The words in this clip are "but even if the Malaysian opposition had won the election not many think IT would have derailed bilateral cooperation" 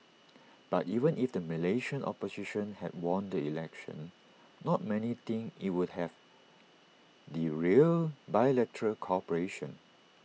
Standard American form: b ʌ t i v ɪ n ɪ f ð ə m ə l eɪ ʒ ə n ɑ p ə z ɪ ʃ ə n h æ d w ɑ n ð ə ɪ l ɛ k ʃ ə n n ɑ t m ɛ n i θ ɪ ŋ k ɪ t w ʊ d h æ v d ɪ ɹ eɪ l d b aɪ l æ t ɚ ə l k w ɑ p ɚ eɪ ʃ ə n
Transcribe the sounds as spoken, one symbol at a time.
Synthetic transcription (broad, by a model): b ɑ t i v ɪ n ɪ f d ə m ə l eɪ ʃ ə n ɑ p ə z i ʃ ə n h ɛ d w ɑ n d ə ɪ l ɛ k ʃ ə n n ɑ t m ɛ n i t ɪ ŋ ɪ t w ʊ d h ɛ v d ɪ ɹ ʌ l b aɪ l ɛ t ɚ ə l k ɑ p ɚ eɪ ʃ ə n